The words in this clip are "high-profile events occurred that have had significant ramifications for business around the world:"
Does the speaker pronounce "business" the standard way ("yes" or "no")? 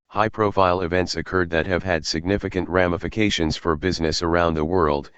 yes